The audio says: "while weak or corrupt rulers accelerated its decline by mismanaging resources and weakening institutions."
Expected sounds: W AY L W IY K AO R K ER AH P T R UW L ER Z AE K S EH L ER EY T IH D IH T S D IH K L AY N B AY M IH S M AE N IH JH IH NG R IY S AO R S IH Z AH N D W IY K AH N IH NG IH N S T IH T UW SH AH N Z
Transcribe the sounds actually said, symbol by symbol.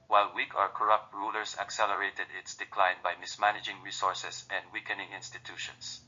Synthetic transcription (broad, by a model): W AY L W IY K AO R K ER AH P T R UW L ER S AE K S EH L ER EY T IH D IH T S D IH K L AY N B AY M IH S M AE N IH JH IH NG R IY S AO R S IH S AH N D W IY K AH N IH NG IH N S T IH T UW SH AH N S